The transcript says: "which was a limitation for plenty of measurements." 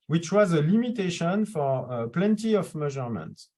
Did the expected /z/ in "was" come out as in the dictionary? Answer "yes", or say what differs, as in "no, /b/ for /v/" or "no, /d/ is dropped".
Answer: yes